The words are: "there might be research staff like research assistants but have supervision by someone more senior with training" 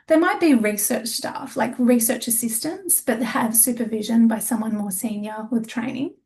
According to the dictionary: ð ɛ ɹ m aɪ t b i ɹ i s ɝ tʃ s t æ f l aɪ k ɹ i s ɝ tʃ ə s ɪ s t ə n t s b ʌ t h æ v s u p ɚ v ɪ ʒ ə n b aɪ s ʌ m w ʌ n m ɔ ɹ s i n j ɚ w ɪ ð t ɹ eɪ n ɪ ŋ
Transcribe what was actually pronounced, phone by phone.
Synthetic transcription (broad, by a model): ð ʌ ɹ m aɪ t b i ɹ i s ɝ tʃ s t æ f l aɪ k ɹ i s ɝ tʃ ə s ɪ s t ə n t s b ʌ t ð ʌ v s u p ɚ v ɪ ʒ ə n b aɪ s ʌ m w ʌ n m ɔ ɹ s i n j ɚ w ɪ ð t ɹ eɪ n ɪ ŋ